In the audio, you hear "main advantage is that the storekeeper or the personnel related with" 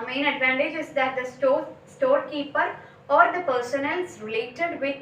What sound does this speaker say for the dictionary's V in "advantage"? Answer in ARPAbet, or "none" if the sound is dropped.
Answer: V